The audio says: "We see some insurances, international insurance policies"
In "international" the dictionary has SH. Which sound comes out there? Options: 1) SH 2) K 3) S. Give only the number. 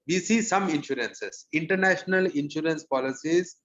1